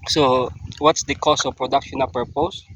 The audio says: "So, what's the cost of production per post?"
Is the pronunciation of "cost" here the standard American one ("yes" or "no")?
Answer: no